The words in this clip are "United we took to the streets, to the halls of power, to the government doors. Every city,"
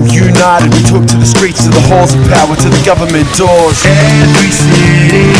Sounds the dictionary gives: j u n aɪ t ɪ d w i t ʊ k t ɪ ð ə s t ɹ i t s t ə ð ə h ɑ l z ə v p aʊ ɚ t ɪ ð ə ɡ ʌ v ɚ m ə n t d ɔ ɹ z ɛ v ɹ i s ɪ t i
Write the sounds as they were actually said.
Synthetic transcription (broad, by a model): j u n aɪ t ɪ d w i t ʊ k t ɪ ð ə s t ɹ i t s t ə ð ə h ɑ z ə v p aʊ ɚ t ɪ ð ə ɡ ʌ v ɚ m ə n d ɔ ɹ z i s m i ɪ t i